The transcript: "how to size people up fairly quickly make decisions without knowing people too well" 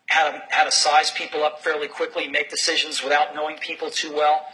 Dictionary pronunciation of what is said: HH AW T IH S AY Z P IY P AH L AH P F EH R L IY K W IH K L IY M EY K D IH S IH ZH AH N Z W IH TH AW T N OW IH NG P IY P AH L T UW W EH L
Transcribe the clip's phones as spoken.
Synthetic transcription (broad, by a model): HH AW T IH S AY Z P IY P L AH P F EH R L IY K W IH K L IY M EY K D IH S IH ZH AH N Z W IH TH AW T N OW IH NG P IY P L T UW W EH L